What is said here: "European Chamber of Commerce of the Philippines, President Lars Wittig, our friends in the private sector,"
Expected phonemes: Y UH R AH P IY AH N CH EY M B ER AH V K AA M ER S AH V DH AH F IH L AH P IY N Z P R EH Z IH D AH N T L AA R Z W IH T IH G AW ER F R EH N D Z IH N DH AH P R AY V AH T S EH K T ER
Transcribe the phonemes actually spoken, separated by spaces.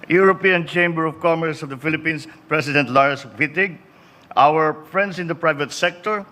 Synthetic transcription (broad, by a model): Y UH R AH P IY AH N CH EY M B ER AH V K AA M ER S AH V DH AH F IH L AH P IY N S P R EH S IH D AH N T L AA R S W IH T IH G AW ER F R EH N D S IH N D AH P R AY V AH T S EH K T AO